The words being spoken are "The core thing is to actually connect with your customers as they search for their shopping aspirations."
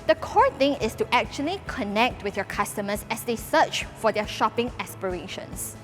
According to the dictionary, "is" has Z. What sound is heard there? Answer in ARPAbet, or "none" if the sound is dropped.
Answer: S